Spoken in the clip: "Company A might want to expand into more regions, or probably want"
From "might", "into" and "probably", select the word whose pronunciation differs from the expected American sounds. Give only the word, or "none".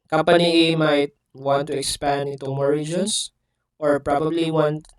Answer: into